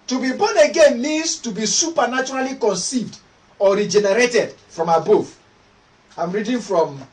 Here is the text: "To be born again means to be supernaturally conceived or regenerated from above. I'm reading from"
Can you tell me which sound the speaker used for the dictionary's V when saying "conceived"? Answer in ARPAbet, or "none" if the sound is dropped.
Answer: V